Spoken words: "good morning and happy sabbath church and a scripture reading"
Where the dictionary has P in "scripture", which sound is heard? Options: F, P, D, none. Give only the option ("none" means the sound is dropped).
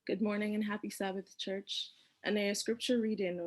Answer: P